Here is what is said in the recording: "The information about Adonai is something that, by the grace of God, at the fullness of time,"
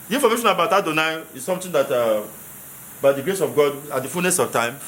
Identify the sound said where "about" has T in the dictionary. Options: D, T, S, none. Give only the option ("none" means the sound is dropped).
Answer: T